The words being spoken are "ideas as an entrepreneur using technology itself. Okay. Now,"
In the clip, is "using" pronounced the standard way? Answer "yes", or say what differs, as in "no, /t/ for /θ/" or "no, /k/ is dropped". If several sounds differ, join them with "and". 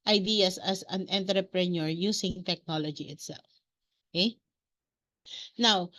no, /s/ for /z/